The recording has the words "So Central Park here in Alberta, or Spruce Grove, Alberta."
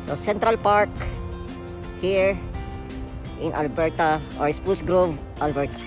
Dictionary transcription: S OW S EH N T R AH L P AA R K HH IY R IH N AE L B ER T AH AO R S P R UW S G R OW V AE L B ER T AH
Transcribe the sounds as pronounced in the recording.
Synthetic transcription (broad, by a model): S OW S EH N T R AH L P AA R K HH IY R IH N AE L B ER T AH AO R S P UW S G R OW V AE L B ER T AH